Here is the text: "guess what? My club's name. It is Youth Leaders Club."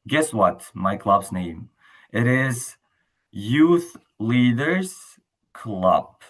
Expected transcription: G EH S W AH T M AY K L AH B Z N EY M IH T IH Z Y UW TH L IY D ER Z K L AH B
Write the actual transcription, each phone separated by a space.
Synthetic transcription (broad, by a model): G EH S W AH T M AY K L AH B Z N EY M IH T IH Z Y UW TH L IY D ER Z K L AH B